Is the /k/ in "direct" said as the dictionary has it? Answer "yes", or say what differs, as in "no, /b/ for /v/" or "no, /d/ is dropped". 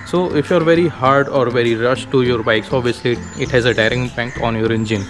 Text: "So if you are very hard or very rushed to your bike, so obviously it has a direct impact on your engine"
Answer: no, /k/ is dropped